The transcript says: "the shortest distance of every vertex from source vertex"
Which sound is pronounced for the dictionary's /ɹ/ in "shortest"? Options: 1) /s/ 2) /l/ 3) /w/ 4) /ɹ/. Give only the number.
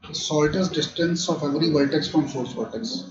2